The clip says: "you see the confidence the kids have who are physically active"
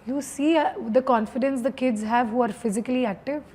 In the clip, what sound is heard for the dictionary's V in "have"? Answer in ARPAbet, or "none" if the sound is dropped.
V